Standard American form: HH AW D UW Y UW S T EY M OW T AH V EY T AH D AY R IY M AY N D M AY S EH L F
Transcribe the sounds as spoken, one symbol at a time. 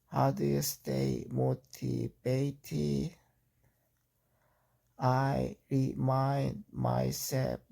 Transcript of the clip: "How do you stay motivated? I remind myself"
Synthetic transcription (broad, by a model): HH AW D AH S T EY M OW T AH B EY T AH AY R IY M AY N D M AY S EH L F